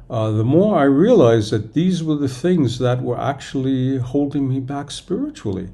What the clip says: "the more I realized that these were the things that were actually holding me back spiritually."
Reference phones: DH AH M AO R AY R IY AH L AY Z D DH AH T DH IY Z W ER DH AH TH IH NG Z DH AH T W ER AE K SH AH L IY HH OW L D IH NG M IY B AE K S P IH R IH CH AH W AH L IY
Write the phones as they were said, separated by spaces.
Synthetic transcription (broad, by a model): DH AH M AO R AY R IY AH L AY Z DH AH T DH IY Z W ER DH AH TH IH NG Z DH AH T W ER AE K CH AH L IY HH OW L D IH NG M IY B AE K S P IH R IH CH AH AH L IY